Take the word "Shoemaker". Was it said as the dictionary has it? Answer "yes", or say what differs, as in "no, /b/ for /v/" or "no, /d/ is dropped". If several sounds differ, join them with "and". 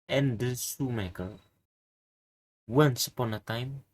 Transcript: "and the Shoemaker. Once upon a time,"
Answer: no, /s/ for /ʃ/